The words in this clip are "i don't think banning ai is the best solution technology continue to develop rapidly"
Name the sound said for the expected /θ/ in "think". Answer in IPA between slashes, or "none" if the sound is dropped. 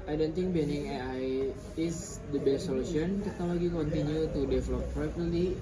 /t/